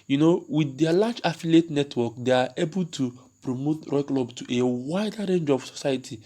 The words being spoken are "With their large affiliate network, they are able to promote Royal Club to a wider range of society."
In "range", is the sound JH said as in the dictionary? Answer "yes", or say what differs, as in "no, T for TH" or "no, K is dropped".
yes